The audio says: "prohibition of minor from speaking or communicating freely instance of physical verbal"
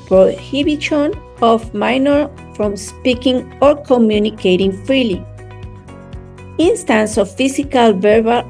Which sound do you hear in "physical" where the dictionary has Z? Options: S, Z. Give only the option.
S